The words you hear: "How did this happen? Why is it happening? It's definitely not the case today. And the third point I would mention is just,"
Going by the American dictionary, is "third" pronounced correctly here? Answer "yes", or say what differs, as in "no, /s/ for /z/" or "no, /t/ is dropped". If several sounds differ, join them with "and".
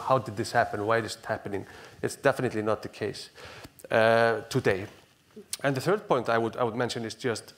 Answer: yes